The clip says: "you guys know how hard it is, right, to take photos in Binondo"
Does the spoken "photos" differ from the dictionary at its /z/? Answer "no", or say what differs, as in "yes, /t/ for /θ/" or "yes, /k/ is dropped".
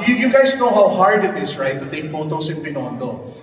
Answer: yes, /s/ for /z/